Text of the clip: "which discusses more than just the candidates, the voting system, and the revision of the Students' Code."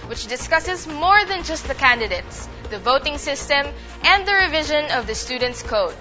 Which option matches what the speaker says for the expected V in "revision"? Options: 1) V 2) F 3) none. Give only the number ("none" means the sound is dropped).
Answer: 1